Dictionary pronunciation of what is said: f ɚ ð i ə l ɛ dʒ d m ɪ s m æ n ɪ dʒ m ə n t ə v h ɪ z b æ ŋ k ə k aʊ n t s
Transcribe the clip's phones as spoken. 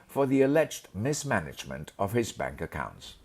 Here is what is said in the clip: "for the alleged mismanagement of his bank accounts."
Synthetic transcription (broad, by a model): f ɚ ð i ə l ɛ dʒ d m ɪ s m æ n ɪ dʒ m ə n t ə v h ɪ z b æ ŋ k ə k aʊ n t s